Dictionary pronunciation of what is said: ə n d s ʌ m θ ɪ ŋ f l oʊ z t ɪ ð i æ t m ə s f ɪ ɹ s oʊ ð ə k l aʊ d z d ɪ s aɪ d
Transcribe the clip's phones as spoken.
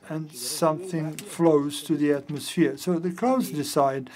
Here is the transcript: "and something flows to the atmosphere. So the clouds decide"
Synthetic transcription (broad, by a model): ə n s ʌ m θ ɪ ŋ f l oʊ z t ɪ ð i æ t m ə s f ɪ ɹ s oʊ ð ə k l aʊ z d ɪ s aɪ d